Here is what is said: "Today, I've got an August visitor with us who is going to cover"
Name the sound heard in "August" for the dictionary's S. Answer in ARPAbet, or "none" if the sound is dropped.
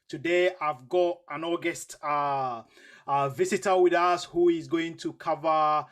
S